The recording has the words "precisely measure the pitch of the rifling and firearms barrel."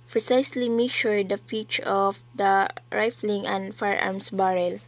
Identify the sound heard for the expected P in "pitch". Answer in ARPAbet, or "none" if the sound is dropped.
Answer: F